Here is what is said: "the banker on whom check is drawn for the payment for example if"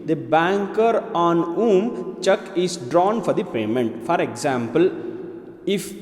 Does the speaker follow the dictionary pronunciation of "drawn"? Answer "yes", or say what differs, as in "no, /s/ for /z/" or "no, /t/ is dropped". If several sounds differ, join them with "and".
yes